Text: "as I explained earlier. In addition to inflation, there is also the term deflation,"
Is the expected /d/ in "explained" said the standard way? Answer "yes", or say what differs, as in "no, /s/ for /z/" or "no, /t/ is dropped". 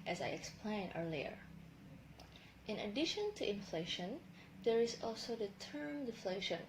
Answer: no, /d/ is dropped